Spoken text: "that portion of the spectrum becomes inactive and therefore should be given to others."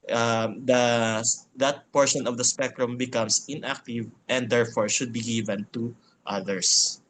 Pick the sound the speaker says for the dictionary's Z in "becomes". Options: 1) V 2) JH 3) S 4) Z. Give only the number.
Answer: 3